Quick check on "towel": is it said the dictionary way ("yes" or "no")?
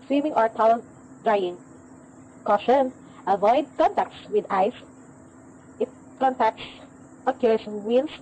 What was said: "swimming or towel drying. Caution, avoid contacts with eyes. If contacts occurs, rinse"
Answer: no